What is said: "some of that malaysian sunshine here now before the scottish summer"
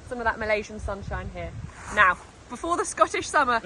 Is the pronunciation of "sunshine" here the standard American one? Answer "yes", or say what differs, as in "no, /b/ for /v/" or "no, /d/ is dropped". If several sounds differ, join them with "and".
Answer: yes